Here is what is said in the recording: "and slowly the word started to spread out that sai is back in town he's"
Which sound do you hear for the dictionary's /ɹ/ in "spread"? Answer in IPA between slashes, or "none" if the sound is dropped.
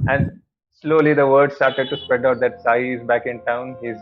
/ɹ/